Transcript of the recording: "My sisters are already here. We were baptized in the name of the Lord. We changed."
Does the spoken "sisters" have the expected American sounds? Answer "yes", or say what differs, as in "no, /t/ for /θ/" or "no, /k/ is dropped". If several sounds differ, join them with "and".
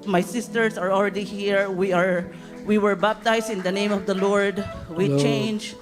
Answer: no, /s/ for /z/